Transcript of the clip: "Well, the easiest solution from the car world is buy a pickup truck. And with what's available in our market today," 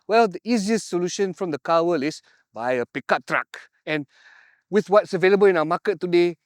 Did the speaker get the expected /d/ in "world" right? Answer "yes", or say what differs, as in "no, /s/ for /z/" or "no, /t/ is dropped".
no, /d/ is dropped